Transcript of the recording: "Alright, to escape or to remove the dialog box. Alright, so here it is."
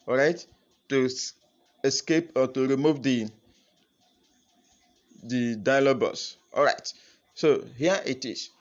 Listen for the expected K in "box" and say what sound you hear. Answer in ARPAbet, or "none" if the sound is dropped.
none